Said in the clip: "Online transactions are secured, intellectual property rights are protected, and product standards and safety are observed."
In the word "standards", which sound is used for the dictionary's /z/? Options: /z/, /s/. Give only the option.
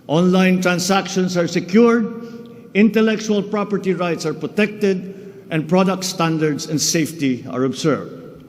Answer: /s/